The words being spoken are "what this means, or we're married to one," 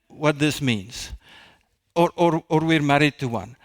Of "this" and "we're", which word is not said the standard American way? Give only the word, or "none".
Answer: none